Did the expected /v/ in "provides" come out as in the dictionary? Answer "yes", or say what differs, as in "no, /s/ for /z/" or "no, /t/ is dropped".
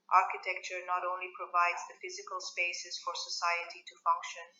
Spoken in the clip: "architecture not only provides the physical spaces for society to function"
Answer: yes